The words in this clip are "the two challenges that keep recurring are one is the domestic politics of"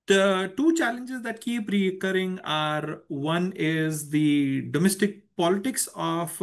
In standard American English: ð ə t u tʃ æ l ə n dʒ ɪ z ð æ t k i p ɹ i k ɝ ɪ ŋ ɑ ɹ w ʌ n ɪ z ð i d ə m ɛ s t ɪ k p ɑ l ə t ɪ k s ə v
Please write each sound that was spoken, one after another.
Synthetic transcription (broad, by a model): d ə t u tʃ æ l ə n dʒ ɪ z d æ t k i p ɹ i k ɝ ɪ ŋ ɑ ɹ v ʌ n ɪ z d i d ə m ɛ s t ɪ k p ɑ l ə t ɪ k s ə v